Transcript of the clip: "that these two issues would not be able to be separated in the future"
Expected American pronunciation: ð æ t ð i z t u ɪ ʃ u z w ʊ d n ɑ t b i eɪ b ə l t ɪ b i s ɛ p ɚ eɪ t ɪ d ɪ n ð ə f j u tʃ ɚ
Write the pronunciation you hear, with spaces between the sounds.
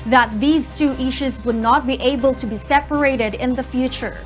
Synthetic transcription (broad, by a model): ð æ t ð i z t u ɪ ʃ u z w ʊ d n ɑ t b i eɪ b ə l t ɪ b i s ɛ p ɚ eɪ t ɪ d ɪ n ð ə f j u tʃ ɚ